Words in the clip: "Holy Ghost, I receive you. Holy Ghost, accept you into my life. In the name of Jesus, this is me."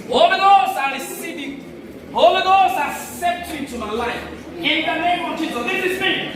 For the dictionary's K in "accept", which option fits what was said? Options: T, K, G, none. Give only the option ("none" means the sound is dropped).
none